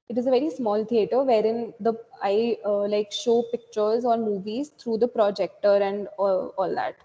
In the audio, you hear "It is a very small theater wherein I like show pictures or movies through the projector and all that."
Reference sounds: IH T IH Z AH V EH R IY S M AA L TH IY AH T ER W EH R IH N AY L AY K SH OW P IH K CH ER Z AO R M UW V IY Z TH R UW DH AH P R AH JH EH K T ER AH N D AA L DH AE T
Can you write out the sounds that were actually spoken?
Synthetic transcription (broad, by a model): IH T IH Z AH V EH R IY S M AA L T IY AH T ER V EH R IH N AY L AY K SH OW P IH K CH ER Z AO R M UW V IY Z T R UW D AH P R AH JH EH K T ER AH N D AA L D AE T